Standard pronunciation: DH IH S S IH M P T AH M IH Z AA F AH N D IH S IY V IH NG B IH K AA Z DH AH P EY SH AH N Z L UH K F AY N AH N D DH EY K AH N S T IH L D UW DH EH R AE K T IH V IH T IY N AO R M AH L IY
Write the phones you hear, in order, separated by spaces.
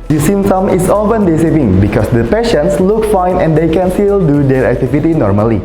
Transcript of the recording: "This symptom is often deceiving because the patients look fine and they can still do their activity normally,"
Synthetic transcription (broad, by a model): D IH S S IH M T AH M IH S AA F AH N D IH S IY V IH NG B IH K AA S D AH P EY SH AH N S L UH K F AY N AH N D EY K AH N S T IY L D UW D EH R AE K T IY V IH T IY N AO R M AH L IY